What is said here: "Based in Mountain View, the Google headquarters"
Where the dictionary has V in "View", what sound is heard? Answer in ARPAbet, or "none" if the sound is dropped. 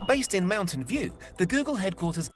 V